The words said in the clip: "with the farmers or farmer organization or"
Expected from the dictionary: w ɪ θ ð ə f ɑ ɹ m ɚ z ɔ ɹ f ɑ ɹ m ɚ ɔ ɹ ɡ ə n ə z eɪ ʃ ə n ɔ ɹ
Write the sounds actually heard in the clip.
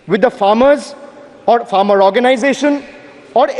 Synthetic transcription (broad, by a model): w ɪ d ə f ɑ ɹ m ɚ z ɔ ɹ f ɑ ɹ m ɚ ɔ ɹ ɡ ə n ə z eɪ ʃ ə n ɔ ɹ